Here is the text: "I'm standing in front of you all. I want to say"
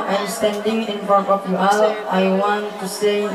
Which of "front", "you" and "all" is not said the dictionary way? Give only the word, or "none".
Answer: front